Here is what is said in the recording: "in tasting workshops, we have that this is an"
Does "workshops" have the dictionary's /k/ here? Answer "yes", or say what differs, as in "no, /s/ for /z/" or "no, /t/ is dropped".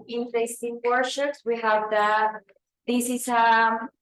no, /k/ is dropped